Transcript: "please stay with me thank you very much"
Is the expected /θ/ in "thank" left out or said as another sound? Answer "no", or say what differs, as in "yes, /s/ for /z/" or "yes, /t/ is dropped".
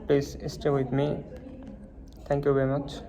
yes, /t/ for /θ/